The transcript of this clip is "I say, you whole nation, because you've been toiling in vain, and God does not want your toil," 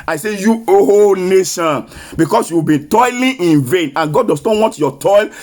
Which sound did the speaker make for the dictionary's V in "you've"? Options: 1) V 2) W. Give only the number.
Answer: 2